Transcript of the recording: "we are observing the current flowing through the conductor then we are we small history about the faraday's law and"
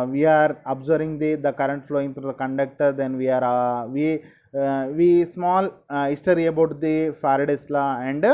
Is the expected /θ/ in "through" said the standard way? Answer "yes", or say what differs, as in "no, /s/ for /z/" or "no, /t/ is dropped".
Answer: no, /t/ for /θ/